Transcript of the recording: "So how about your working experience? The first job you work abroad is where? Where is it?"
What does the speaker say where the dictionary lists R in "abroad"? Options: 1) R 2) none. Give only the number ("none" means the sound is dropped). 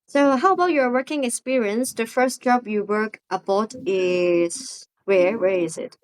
2